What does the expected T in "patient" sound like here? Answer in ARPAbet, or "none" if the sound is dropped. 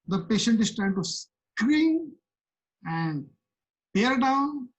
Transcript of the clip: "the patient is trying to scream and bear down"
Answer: T